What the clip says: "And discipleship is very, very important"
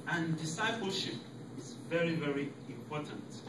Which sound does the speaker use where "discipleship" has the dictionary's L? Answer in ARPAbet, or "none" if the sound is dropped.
L